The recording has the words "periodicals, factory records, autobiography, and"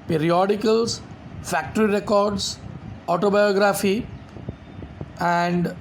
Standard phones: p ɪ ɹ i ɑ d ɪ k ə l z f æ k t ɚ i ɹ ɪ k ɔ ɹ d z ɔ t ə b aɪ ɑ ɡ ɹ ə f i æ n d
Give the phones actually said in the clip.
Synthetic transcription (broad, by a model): p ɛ ɹ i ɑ d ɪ k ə l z f æ k t ɚ i ɹ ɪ k ɔ ɹ d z ɔ t ə b aɪ ɑ ɡ ɹ ə f i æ n d